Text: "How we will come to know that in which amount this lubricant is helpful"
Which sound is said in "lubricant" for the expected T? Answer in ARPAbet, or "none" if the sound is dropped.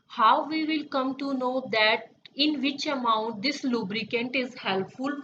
T